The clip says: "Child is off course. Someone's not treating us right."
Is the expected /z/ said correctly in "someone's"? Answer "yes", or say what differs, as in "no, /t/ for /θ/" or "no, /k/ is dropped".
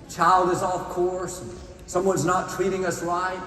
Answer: yes